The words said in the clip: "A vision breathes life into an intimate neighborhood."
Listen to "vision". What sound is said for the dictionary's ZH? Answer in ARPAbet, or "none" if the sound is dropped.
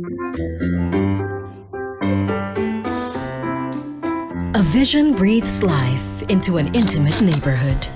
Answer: ZH